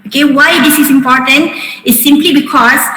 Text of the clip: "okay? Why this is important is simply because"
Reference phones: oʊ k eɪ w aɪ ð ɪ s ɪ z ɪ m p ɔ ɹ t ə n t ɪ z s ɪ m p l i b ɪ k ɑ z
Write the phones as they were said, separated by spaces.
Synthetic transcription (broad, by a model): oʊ k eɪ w aɪ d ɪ s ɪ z ɪ m p ɔ ɹ t ə n t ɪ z s ɪ m p l i b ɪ k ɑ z